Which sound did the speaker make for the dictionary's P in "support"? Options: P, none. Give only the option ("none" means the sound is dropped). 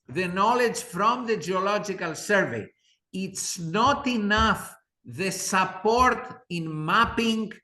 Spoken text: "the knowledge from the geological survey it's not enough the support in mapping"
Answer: P